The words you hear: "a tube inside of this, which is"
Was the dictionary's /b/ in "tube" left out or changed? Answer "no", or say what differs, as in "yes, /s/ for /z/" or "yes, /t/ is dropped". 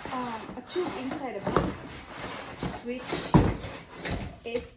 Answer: yes, /b/ is dropped